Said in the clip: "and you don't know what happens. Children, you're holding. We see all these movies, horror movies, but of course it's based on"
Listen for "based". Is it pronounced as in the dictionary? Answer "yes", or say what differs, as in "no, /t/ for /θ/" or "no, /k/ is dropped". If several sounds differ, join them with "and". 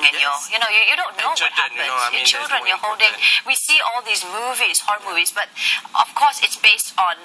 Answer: yes